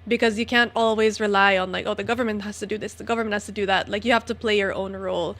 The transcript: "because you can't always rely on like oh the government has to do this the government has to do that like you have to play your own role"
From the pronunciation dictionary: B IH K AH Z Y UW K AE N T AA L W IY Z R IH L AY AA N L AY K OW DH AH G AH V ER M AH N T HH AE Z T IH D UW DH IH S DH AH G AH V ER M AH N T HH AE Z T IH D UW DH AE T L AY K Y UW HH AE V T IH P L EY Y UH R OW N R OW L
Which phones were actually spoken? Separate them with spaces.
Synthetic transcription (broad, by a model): B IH K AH Z Y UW K AE N T AA L W IY Z R IH L AY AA N L AY K OW DH AH G AH V ER M AH N T HH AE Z T IH D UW DH IH S DH AH G AH V ER M AH N T HH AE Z T IH D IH DH AE T L AY K Y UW HH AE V T IH P L EY Y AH R OW N R OW L